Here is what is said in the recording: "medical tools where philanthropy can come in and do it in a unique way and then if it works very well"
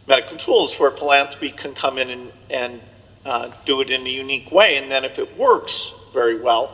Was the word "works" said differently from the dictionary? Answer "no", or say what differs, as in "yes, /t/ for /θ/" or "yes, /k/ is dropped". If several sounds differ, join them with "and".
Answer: no